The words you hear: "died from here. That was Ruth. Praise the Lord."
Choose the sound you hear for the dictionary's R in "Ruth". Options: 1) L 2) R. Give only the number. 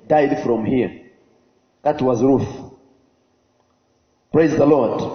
2